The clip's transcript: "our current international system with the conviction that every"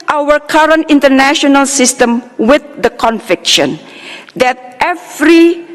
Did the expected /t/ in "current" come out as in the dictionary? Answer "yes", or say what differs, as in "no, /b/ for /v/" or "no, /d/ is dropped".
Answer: yes